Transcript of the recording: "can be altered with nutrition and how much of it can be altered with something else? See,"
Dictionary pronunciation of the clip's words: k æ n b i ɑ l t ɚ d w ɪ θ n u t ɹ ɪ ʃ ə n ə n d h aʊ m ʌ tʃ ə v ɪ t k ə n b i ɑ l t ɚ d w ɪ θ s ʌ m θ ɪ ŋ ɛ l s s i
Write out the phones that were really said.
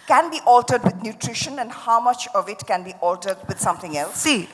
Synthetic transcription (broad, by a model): k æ n b i ɑ l t ɚ d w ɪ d n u t ɹ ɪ ʃ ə n ə n d h aʊ m ʌ tʃ ə v ɪ t k ə n b i ɑ l t ɚ d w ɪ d s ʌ m t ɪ ŋ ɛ l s s i